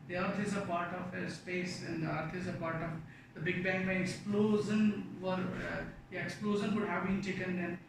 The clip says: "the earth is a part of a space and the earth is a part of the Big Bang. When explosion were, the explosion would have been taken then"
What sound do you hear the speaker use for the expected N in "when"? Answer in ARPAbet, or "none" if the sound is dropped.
none